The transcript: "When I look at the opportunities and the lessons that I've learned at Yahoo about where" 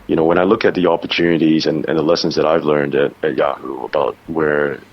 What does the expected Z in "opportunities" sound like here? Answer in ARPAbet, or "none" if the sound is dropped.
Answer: Z